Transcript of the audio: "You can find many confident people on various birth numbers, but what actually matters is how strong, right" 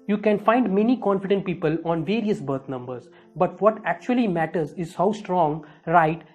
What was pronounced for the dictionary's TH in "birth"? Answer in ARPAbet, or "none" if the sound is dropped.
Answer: T